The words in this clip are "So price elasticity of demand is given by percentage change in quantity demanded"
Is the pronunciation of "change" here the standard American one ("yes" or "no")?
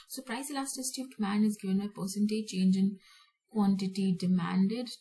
yes